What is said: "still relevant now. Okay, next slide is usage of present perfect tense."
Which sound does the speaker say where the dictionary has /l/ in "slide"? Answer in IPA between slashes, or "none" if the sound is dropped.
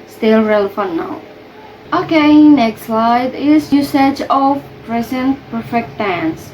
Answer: /l/